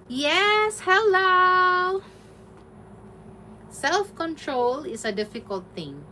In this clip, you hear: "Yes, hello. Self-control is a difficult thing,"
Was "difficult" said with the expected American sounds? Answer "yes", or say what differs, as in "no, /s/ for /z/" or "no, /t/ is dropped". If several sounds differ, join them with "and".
yes